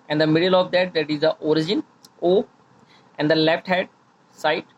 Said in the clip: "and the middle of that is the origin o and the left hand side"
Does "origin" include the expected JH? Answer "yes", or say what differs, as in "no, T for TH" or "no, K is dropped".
yes